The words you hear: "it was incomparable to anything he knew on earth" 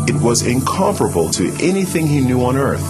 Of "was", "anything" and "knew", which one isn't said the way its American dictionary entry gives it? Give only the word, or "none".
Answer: none